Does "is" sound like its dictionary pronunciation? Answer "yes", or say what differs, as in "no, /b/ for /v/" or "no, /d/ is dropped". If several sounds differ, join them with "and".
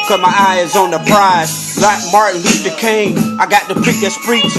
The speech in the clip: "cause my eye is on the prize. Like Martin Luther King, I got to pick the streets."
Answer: yes